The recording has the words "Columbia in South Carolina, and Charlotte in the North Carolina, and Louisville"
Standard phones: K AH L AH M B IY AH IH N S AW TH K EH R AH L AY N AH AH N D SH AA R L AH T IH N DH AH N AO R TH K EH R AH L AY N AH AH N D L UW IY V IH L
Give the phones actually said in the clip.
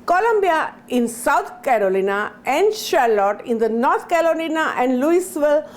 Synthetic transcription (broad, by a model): K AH L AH M B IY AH IH N S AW T K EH R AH L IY N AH AH N D SH AA R L AH T IH N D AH N AO R T K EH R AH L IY N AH AH N D L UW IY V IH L